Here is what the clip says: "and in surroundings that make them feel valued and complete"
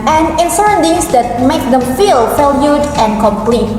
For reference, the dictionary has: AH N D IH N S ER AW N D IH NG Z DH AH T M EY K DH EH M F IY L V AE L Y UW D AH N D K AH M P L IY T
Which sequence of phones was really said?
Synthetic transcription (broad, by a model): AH N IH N S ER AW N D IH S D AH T M EY K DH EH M F IY L F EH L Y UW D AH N K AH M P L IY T